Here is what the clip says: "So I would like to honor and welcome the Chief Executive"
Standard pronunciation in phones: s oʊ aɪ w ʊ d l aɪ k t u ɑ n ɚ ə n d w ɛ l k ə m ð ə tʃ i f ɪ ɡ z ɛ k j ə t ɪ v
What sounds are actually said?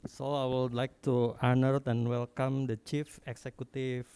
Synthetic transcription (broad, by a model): s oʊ aɪ w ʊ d l aɪ k t u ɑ n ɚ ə n w ɛ l k ə m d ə tʃ i f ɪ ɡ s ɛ k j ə t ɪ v